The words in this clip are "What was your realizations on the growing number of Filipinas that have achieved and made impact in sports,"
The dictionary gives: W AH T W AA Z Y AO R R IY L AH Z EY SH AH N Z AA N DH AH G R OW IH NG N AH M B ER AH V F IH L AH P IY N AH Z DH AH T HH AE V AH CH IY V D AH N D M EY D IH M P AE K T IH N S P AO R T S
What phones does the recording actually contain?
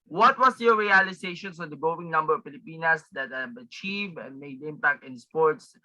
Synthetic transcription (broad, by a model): W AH T W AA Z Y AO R R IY L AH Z EY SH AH N S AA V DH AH G OW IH NG N AH M B ER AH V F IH L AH P IY N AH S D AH T HH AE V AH CH IY V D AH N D M EY D IH M P AE K T IH N S P AO R T S